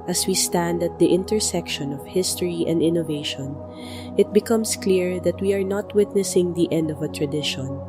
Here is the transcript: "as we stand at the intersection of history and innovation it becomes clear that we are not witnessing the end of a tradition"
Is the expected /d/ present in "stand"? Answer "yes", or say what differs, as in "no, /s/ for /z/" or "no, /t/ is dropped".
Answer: yes